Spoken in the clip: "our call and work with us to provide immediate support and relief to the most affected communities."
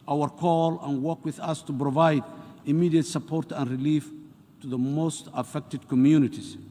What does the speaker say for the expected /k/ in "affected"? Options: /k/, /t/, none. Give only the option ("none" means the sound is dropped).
/k/